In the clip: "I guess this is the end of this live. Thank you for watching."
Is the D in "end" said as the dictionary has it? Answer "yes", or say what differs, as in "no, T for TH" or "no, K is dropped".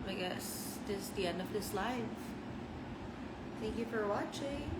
yes